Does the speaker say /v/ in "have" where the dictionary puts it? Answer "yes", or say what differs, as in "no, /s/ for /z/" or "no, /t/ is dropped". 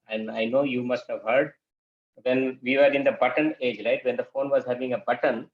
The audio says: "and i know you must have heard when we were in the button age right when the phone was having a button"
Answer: yes